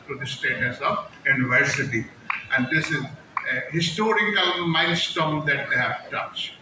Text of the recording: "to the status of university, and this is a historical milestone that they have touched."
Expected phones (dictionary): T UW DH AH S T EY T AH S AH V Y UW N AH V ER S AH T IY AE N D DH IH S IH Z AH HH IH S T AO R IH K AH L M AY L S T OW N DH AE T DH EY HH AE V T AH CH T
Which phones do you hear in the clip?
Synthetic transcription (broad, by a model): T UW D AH S T EY T AH S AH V Y UW N AH V ER S AH T IY AE N D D IH S IH Z AH HH IH S T AO R IH K AH L M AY N S T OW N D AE T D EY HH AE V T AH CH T